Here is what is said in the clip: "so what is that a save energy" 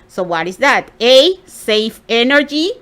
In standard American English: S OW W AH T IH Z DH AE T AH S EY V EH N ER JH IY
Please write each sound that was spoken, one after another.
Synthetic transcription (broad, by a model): S OW W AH T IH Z DH AE T AH S EY F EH N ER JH IY